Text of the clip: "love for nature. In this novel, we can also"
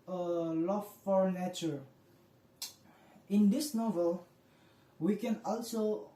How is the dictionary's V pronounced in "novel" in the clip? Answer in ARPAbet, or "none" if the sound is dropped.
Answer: V